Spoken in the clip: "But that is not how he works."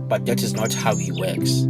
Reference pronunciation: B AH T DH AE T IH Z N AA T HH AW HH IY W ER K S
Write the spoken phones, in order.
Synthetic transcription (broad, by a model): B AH T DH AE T IH Z N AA T HH AW HH IY W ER K S